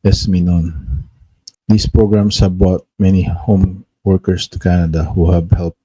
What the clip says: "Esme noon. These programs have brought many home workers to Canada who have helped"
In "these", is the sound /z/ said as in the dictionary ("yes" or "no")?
no